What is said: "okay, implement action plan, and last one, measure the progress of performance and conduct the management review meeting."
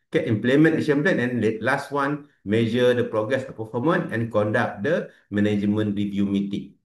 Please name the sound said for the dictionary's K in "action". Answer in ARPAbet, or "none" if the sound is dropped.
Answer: none